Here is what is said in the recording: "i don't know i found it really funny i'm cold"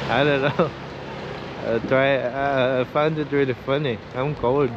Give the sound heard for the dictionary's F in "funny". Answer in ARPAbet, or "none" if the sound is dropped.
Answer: F